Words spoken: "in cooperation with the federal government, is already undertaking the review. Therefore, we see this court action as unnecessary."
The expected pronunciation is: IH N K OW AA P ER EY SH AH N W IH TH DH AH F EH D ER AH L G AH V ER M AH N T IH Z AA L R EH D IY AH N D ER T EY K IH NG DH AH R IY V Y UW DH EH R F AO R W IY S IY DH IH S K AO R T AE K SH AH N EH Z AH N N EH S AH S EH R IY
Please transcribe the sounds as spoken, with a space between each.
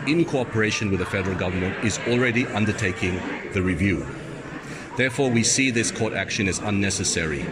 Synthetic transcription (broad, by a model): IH N K OW AA P ER EY SH AH N W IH DH AH F EH D ER AH L G AH V ER M AH N T IH Z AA L R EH D IY AH N D ER T EY K IH NG DH AH R IY V Y UW DH EH R F AO R W IY S IY DH IH S K AO R T AE K SH AH N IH Z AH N N EH S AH S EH R IY